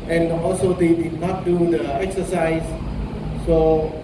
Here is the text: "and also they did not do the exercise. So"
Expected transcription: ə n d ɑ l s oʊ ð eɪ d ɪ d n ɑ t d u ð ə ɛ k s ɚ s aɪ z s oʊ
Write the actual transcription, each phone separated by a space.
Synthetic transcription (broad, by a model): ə n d ɑ l s oʊ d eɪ d ɪ d n ɑ t d u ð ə ɛ k s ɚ s aɪ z s oʊ